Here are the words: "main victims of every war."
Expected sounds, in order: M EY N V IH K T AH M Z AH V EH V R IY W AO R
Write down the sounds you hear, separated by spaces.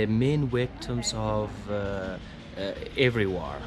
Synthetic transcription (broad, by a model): M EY N W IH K T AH M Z AH V EH V R IY W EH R